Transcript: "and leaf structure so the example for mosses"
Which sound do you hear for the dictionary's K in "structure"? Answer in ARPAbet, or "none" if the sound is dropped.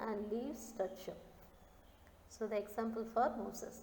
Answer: none